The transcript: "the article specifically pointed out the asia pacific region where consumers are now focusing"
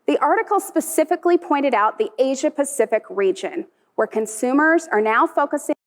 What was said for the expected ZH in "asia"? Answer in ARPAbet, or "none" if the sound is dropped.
ZH